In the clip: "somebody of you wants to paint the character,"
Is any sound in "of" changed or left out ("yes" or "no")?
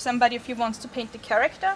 yes